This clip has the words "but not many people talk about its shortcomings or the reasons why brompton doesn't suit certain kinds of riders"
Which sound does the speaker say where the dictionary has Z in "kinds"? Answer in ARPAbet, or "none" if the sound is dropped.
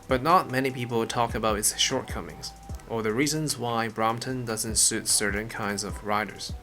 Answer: Z